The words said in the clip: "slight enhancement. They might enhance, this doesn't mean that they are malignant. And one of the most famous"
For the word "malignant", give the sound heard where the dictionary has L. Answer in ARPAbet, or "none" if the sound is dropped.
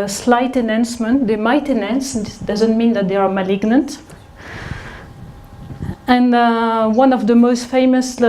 L